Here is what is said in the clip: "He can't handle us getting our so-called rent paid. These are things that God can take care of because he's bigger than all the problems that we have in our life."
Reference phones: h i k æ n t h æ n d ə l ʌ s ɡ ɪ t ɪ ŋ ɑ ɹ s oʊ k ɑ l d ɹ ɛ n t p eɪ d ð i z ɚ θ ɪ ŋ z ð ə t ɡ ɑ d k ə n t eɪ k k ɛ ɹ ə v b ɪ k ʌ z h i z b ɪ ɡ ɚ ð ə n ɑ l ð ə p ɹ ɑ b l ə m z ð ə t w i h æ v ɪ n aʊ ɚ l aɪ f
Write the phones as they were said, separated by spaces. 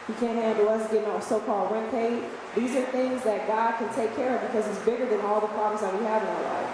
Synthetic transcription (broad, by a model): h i k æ n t h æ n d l ʌ s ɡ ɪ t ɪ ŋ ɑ s oʊ k ɑ l d ɹ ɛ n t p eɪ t ð i z ɚ θ ɪ ŋ z ð ə t ɡ ɑ d k ə n t eɪ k k ɛ ɹ ə v b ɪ k ʌ z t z b ɪ ɡ ɚ ð ə n ɑ l ð ə p ɹ ɑ b l ə m z ð ə t w i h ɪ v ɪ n aʊ ɚ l aɪ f